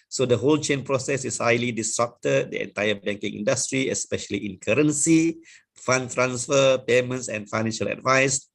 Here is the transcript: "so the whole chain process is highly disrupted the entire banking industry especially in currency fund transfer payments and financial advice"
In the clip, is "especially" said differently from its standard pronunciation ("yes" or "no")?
no